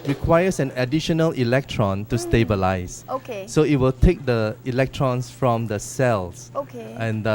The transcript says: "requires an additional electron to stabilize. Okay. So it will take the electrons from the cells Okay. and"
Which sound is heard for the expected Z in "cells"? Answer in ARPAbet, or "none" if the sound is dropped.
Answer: S